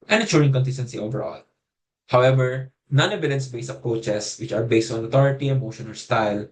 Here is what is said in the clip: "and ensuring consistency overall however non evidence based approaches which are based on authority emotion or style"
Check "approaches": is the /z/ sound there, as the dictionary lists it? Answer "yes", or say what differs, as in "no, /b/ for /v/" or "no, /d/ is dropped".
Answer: no, /s/ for /z/